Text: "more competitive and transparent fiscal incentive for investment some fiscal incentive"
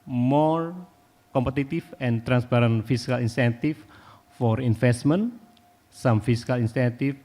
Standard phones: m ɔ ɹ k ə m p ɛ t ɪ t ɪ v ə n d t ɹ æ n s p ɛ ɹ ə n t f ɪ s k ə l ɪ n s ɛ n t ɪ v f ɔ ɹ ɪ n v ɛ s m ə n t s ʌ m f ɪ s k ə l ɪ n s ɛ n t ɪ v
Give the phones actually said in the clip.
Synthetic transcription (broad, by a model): m ɔ ɹ k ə m p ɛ t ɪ t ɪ f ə n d t ɹ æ n s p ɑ ɹ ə n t f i s k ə l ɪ n s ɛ n t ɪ f f ɔ ɹ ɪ n f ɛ s m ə n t s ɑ m f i s k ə l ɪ n s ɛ n t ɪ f